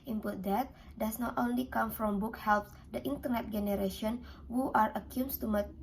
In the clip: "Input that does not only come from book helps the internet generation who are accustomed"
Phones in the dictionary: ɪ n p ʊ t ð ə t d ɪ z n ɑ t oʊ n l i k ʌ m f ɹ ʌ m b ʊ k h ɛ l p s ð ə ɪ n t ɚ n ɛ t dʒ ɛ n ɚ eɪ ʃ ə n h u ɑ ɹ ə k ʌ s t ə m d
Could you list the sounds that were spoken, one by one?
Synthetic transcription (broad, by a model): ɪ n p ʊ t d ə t d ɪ s n ɑ t oʊ n l i k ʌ m f ɹ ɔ m b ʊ k h ɛ l p s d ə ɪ n t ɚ n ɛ t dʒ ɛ n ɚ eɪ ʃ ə n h u ɑ ɹ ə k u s t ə m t